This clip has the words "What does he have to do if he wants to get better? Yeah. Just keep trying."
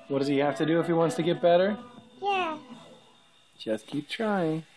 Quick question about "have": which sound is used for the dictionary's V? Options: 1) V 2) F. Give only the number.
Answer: 2